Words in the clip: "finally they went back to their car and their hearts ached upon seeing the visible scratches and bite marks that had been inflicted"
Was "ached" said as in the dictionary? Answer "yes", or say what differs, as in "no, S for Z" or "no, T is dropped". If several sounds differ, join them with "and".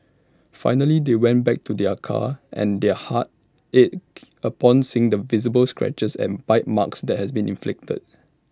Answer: no, K is dropped